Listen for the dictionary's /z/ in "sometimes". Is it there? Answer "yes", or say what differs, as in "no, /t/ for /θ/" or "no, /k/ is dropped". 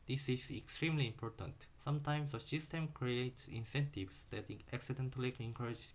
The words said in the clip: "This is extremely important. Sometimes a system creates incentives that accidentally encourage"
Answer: no, /s/ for /z/